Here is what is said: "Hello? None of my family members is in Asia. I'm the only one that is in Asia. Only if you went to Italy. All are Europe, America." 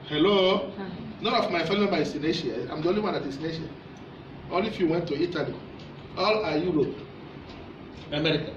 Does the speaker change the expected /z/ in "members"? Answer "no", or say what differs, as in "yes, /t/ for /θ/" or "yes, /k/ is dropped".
yes, /z/ is dropped